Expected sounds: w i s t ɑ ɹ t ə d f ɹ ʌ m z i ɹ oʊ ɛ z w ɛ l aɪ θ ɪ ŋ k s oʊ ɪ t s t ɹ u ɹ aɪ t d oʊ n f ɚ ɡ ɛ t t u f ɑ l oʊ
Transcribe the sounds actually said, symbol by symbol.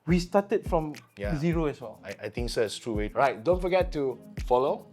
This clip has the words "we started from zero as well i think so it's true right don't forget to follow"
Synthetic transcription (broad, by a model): w i s t ɑ t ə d f ɹ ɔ m z i ɹ oʊ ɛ s w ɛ l aɪ t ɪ ŋ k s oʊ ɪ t s t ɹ u ɹ aɪ t d oʊ n f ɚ ɡ ɛ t t u f ɑ l oʊ